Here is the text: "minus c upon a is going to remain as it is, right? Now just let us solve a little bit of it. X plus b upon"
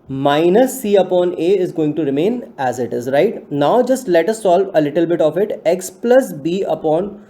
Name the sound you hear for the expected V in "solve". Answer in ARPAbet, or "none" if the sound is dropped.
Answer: V